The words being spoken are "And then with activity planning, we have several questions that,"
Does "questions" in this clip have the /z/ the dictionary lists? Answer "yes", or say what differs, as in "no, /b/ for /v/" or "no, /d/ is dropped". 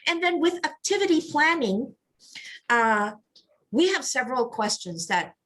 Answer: yes